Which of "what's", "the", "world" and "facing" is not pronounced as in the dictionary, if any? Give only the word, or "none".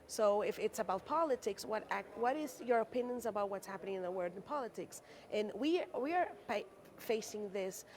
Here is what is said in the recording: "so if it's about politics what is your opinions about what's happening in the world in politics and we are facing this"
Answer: world